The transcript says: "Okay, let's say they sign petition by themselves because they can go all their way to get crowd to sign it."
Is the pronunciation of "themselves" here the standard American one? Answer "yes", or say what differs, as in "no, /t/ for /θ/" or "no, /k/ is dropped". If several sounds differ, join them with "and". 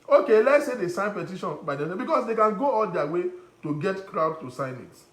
no, /m/ is dropped